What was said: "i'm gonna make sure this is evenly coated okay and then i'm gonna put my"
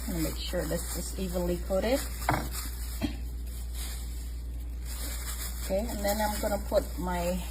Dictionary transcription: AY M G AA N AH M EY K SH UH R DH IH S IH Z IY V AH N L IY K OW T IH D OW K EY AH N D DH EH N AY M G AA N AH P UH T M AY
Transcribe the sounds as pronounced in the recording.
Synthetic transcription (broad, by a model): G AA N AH M EY K SH UH R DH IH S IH S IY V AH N L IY K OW T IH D OW K EY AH N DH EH N AY M G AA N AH P UH T M AY